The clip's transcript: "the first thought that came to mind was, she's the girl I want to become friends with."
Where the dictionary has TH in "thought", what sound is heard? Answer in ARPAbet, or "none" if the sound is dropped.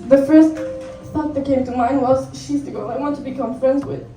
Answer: T